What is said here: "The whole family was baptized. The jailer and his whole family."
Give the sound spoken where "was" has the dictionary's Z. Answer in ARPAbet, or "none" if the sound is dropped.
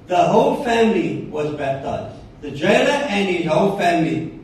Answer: Z